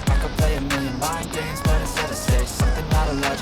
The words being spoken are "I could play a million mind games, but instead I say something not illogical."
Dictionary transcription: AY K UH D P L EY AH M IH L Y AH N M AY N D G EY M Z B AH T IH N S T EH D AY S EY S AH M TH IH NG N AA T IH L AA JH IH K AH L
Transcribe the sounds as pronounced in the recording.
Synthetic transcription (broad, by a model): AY K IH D P L EY AH M IH L Y AH N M AY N G EY M Z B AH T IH S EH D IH S EY S AH M TH IH NG L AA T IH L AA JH